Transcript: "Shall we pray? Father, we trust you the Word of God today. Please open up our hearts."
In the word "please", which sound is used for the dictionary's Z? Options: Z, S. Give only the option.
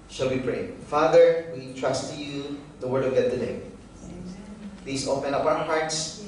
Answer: S